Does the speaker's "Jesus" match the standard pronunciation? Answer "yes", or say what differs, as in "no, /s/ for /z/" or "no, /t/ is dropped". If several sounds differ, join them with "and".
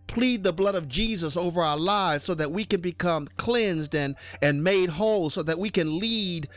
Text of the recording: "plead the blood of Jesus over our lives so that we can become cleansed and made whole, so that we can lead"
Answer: yes